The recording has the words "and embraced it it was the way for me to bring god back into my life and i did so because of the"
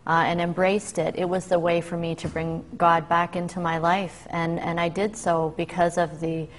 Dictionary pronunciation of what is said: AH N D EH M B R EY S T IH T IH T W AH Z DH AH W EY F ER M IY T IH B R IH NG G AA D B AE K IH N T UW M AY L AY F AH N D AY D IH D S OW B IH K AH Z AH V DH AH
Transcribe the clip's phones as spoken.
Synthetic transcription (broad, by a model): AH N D EH M B R EY S T IH T IH T W AH Z DH AH W EY F ER M IY T IH B R IH NG G AA D B AE K IH N T UW M AY L AY F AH N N AY D IH D S OW B IH K AH Z AH V DH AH